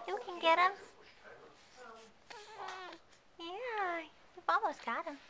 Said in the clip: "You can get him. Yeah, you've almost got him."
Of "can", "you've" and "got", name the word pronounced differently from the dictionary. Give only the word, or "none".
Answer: you've